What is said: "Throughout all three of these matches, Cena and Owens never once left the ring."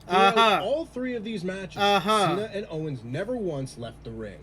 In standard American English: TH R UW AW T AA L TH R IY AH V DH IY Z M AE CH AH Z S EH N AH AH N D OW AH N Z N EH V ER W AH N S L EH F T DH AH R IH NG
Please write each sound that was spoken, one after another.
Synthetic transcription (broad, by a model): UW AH AA L TH R IY AH V DH IY Z M AE CH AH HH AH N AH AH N OW AH N Z N EH V ER W AH N S L EH F T DH AH R IH NG